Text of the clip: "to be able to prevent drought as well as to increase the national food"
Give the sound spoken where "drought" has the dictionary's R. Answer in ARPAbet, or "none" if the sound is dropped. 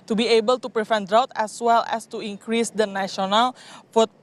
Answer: R